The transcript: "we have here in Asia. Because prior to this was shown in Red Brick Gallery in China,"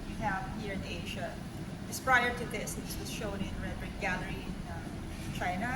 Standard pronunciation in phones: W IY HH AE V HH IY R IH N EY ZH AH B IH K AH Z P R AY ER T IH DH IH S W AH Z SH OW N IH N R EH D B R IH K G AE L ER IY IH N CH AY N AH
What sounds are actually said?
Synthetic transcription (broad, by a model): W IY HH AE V HH IY R IH N EY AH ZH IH AH S P R AY ER T IH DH IH S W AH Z SH OW N IH N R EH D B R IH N G AE L ER IY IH N CH AY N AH